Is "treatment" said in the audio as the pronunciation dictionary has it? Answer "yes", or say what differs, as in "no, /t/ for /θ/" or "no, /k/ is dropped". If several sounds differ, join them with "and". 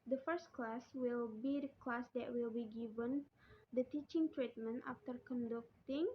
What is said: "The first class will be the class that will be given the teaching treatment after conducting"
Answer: yes